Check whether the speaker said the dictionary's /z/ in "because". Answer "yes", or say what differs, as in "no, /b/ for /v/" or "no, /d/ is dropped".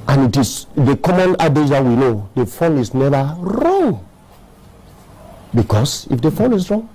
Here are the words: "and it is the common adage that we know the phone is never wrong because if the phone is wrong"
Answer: no, /s/ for /z/